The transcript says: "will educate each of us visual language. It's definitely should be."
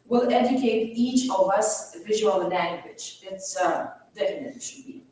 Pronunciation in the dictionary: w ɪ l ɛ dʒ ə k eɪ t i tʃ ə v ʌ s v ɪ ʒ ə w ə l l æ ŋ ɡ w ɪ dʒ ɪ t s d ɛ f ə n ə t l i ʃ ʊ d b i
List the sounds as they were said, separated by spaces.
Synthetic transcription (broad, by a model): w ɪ l ɛ dʒ ə k eɪ t i tʃ ə v ʌ s v ɪ ʒ ə w ə l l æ ŋ ɡ w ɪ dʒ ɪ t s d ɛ ə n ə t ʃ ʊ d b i